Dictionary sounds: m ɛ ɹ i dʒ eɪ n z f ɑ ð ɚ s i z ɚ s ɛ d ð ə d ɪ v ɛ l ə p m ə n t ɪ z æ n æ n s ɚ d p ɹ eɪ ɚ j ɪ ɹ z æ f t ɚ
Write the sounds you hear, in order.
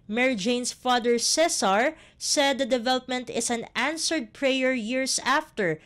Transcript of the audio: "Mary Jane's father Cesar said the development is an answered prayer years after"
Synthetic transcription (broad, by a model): m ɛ ɹ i dʒ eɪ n s f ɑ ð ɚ s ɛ s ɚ s ɛ d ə d ɪ v ɛ l ə p m ə n t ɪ s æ n æ n s ɚ d p ɹ eɪ ɚ j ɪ ɹ s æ f t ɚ